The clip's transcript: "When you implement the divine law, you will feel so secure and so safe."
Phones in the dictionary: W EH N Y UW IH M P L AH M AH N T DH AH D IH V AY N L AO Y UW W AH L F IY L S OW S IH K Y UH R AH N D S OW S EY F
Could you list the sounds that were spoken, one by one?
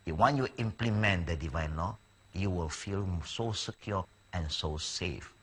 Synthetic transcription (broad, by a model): W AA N Y UW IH M P L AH M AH N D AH D IH V AY N L AO Y UW W AH L F IY L S OW S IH K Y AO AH N S OW S EY F